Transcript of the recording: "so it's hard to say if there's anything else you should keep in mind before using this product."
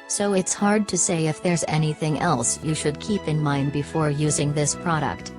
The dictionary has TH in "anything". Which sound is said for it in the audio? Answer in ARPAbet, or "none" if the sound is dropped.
TH